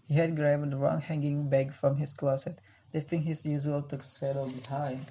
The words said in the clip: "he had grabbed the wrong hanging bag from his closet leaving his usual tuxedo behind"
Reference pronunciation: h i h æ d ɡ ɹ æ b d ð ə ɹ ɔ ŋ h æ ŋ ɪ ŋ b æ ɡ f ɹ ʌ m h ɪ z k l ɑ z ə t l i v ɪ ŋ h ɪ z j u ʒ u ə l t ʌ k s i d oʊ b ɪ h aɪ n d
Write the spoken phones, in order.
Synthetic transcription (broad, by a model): h i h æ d ɡ ɹ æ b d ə ɹ ɔ ŋ h æ ŋ ɪ ŋ b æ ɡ f ɹ ʌ m h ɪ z k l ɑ s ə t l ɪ f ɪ ŋ h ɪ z j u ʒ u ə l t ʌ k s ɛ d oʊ b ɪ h aɪ n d